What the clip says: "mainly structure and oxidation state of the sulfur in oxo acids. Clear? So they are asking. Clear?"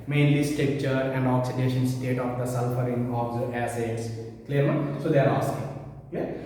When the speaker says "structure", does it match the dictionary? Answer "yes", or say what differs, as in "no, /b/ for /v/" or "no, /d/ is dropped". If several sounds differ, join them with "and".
no, /ɹ/ is dropped